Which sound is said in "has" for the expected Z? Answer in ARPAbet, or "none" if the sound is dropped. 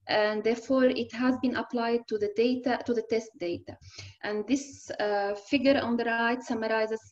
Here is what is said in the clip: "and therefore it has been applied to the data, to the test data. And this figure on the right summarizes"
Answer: Z